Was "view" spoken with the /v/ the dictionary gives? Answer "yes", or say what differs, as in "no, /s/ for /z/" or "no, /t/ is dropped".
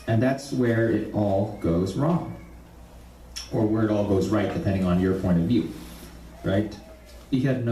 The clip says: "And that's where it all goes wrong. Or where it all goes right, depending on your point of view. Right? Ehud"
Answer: yes